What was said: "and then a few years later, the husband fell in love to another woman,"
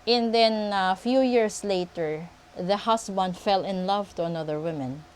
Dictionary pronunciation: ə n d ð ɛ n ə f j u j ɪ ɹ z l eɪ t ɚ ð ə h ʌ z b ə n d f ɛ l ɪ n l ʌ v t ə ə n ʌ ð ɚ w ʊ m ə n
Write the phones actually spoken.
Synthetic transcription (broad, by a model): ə n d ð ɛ n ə f j u j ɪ ɹ s l eɪ t ɚ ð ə h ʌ s b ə n d f ɛ l ɪ n l ʌ v t ə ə n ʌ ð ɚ w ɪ m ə n